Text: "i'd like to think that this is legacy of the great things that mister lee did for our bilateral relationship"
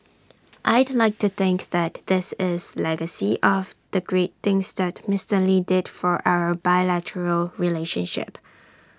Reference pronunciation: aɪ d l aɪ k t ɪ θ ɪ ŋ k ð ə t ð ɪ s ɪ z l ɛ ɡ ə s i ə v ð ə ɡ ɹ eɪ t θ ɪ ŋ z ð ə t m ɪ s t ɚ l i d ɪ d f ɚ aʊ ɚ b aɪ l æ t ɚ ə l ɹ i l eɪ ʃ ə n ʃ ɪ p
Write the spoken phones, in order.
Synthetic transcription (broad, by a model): aɪ d l aɪ k t ɪ θ ɪ ŋ k ð ə t ð ɪ s ɪ z l ɛ ɡ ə s i ə v ð ə ɡ ɹ eɪ t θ ɪ ŋ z ð ə t m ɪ s t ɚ l i d ɪ d f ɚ aʊ ɚ b aɪ l æ t ɚ ə l ɹ i l eɪ ʃ ə n ʃ ɪ p